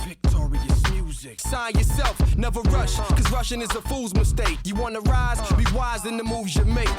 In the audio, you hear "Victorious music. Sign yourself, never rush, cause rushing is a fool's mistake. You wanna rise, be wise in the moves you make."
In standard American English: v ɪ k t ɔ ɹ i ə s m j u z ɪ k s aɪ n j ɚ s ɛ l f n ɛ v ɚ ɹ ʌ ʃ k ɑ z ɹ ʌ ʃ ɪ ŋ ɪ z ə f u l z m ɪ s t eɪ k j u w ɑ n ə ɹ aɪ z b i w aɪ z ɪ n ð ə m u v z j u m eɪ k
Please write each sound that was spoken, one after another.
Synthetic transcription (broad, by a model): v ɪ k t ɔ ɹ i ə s m j u z ɪ k s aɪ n j ɚ s ɛ l f n ɛ v ɚ ɹ ʌ ʃ k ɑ z ɹ ʌ ʃ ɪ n ɪ z ə f u l z m ɪ s t eɪ k j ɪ w ɑ n ə ɹ aɪ z b i w aɪ z ɪ n ð ə m u v z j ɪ m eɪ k